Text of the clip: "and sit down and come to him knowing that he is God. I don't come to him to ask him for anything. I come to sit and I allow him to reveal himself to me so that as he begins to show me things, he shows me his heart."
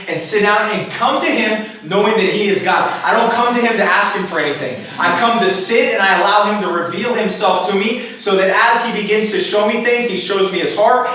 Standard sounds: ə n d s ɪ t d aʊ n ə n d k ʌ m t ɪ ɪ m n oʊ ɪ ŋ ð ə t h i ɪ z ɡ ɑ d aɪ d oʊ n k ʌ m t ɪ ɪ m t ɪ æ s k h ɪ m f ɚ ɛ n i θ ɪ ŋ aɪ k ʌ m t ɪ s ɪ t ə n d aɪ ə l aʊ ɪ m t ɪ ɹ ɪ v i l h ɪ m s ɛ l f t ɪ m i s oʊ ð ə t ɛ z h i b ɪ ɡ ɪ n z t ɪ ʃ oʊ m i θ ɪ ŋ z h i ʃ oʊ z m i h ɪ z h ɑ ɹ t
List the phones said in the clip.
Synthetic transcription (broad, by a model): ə n s ɪ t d aʊ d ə n k ʌ m t ɪ ɪ m n oʊ ɪ ŋ ð ə t h i ɪ z ɡ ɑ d aɪ d oʊ n k ʌ m t ɪ ɪ m t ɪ æ s k h ɪ m f ɚ ɛ n i θ ɪ ŋ aɪ k ʌ m t ɪ s ɪ t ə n aɪ ə l aʊ ɪ m t ɪ ɹ ɪ v i l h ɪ m s ɛ l f t ɪ m i s oʊ ð ə t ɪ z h i b ɪ ɡ ɪ n z t ɪ ʃ oʊ m i θ ɪ ŋ z h i ʃ oʊ z m i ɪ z h ɑ ɹ t